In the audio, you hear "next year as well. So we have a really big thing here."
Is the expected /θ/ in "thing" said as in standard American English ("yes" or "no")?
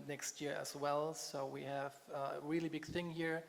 yes